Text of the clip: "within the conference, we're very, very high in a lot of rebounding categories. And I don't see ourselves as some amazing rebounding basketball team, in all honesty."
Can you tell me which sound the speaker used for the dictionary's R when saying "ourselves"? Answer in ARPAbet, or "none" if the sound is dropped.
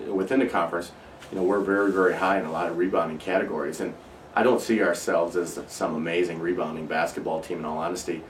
R